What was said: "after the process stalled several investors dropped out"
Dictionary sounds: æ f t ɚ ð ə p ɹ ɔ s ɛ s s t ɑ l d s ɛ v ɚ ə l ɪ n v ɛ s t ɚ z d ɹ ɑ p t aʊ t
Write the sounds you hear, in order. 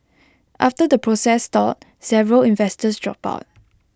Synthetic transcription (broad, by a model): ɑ f t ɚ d ə p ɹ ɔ s ɛ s s t ɑ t s ɛ v ɚ ə l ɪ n v ɛ s t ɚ s d ɹ ɑ p aʊ t